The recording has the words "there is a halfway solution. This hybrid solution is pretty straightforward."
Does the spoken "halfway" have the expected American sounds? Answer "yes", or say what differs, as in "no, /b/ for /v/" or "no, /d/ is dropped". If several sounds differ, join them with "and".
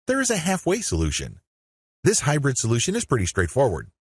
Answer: yes